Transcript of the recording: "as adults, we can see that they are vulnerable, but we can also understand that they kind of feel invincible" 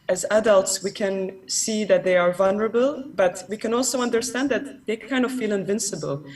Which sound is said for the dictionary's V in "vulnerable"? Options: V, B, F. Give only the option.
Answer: V